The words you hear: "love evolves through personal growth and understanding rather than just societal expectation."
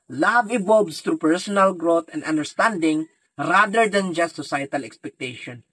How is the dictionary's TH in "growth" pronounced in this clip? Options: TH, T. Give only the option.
T